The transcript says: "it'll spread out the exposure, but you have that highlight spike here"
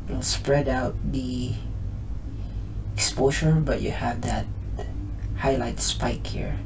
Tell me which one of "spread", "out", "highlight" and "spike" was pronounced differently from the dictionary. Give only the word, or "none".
none